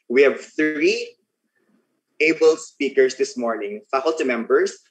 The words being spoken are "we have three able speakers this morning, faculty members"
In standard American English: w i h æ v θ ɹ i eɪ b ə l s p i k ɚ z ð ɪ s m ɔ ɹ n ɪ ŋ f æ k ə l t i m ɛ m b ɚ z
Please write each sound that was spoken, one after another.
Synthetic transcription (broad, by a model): w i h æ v θ ɹ i eɪ b ə l s p i k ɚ s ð ɪ s m ɔ ɹ n ɪ ŋ f æ k ə l t i m ɛ m b ɚ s